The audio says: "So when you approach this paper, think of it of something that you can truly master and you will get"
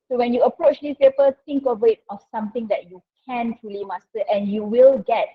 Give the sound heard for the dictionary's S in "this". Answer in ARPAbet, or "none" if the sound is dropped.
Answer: none